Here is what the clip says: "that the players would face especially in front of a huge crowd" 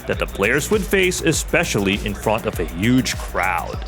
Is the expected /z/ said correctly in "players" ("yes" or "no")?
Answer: yes